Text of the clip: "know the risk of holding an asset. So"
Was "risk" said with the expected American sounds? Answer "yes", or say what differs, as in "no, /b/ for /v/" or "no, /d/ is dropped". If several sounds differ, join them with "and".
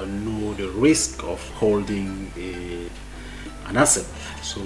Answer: yes